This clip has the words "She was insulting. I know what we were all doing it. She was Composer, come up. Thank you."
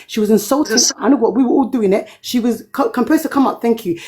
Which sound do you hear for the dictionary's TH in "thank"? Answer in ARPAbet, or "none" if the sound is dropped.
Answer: TH